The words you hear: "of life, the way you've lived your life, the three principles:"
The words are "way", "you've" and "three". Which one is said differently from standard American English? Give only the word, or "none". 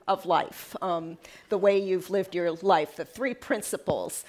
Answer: none